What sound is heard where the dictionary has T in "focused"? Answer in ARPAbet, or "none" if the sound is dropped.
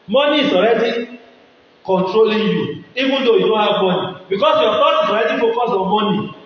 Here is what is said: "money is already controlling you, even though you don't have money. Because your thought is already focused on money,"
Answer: none